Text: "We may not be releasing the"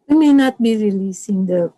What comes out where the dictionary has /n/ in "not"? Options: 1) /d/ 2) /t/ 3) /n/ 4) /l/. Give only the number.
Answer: 3